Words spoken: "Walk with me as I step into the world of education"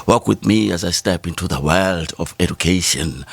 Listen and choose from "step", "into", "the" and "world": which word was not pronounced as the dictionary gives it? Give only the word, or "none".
none